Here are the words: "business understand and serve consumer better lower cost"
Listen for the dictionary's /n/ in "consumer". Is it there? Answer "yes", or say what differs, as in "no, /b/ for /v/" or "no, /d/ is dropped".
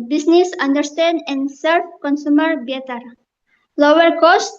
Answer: yes